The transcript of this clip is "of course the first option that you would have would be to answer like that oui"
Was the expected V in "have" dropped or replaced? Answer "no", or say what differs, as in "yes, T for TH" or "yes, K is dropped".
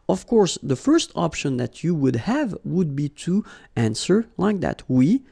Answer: no